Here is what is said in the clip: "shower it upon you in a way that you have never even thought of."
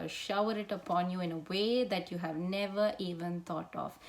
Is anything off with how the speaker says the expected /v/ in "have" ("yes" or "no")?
no